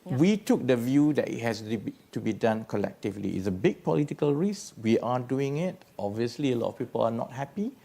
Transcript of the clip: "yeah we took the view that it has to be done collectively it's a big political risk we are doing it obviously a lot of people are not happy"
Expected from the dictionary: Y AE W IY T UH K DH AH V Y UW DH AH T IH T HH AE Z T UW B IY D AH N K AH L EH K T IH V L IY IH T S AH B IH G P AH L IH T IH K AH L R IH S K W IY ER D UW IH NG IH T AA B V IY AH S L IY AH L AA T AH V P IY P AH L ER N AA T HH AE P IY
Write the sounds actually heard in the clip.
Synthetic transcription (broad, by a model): W IY T UH K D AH V Y UW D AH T IH T HH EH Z T UW B IY D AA N K AH L EH K T IH V L IY IH T S AH B IH G P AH L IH T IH K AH L R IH S W IY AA D UW IH NG IH T AA B V IY AH S L IY AH L AA T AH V P IY P AH L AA N AA T HH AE P IY